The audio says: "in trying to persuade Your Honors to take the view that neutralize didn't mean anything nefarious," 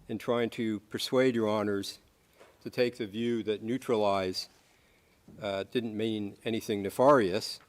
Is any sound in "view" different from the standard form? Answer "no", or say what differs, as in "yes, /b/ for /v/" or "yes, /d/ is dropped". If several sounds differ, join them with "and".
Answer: no